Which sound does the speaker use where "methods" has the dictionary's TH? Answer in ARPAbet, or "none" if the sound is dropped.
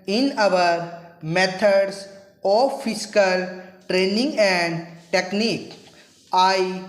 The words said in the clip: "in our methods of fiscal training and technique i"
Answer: T